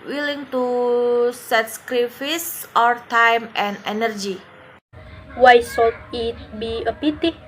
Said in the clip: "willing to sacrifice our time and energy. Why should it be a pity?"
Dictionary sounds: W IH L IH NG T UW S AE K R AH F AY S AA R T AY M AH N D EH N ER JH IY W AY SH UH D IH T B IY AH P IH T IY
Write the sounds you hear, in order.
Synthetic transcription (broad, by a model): W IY L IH NG T UW S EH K R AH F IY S AA R T AY M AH N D EH N ER JH IY W AY S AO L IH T B IY AH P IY T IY